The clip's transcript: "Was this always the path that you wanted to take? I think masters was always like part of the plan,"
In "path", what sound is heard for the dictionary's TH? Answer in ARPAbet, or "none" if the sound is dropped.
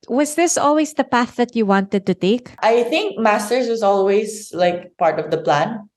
TH